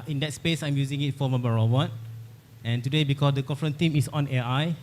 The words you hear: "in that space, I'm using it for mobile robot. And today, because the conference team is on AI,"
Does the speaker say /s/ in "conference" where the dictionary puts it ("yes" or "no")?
no